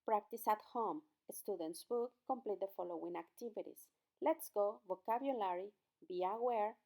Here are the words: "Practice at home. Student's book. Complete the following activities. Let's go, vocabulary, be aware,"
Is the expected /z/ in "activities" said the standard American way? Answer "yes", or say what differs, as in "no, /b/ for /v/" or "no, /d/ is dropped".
no, /s/ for /z/